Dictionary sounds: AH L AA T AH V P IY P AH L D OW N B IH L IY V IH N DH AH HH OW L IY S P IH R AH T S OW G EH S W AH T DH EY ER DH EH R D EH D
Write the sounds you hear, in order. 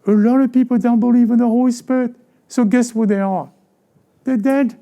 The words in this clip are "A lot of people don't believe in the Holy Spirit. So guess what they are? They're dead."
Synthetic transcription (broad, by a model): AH L AA T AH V P IY P AH L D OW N B IH L IY V IH N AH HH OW IY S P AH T S OW G EH S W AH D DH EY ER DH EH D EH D